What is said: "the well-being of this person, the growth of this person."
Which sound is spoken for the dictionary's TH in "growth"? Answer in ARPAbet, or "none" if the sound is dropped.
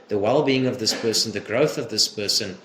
TH